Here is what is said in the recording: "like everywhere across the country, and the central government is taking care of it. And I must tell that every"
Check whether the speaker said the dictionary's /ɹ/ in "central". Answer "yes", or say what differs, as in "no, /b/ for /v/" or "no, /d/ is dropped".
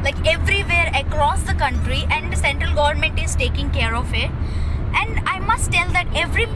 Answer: yes